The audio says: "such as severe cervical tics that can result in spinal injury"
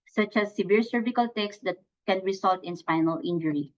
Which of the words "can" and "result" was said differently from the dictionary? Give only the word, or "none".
result